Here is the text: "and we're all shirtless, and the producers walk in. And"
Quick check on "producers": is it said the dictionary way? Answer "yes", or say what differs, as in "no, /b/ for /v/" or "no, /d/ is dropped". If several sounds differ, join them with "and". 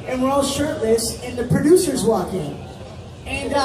yes